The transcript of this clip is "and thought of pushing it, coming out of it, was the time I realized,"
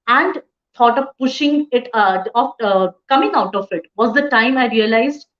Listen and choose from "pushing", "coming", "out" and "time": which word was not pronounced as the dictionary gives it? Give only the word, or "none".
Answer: none